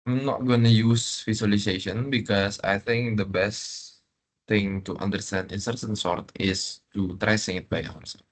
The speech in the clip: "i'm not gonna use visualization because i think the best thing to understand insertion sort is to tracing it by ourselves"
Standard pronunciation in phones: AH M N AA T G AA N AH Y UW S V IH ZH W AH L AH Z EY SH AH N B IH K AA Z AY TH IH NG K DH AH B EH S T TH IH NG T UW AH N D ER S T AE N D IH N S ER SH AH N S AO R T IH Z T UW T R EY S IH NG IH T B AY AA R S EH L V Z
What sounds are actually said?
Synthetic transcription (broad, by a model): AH M N AA T G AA N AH Y UW S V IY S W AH L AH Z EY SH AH N B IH K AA S AY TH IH NG K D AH B EH S T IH NG T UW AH N D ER S T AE N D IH N S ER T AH N S AO R T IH S T UW T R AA S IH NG IH T B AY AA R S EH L